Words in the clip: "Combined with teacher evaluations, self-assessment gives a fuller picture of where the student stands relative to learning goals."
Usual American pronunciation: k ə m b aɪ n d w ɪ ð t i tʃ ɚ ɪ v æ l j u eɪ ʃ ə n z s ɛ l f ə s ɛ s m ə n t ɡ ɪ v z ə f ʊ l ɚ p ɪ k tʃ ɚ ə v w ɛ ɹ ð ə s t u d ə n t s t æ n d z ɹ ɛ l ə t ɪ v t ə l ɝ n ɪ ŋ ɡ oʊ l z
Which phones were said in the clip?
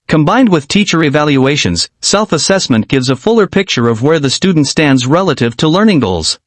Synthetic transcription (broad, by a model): k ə m b aɪ n d w ɪ ð t i tʃ ɚ ɪ v æ l j u eɪ ʃ ə n z s ɛ l f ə s ɛ s m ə n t ɡ ɪ v z ə f ʊ l ɚ p ɪ k tʃ ɚ ə v w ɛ ɹ ð ə s t u d n t s t æ n d z ɹ ɛ l ə t ɪ v t ə l ɝ n ɪ ŋ ɡ oʊ l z